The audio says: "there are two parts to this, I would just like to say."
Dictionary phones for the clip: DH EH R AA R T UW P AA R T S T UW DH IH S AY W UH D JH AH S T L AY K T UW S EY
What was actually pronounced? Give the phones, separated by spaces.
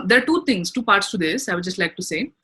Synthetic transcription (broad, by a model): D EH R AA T T UW P AA R T S T UW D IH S AY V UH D JH AH S T L AY K T UW S EY